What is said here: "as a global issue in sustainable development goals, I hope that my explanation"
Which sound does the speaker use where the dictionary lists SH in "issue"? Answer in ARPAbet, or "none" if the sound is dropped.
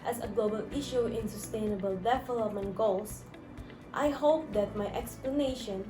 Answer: SH